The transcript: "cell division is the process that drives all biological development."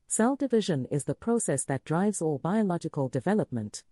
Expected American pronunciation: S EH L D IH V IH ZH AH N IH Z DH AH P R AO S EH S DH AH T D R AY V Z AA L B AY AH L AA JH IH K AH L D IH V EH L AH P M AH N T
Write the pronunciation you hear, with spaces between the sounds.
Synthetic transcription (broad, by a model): S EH L D IH V IH ZH AH N IH Z DH AH P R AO S EH S DH AH T D R AY V Z AA L B AY AH L AA JH IH K AH L D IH V EH L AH P M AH N T